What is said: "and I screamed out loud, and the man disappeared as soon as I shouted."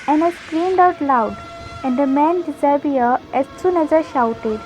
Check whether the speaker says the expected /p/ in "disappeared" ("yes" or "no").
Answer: no